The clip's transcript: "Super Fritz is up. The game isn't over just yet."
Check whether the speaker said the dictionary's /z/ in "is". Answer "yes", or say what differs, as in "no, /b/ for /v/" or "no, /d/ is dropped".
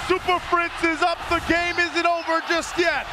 yes